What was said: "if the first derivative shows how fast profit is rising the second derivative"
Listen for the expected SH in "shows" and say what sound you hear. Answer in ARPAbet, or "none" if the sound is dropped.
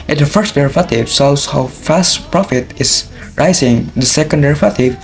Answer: S